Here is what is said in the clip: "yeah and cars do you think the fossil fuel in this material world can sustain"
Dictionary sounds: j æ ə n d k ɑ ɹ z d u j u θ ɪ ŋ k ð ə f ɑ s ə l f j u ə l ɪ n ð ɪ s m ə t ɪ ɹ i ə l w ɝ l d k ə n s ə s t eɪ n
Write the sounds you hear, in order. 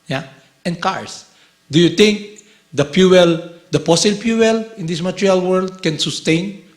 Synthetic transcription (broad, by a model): j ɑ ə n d k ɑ ɹ s d u j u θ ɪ ŋ k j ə p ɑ s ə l p j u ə l ɪ n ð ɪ s m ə t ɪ ɹ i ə l w ɝ l d k ə n s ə s t eɪ n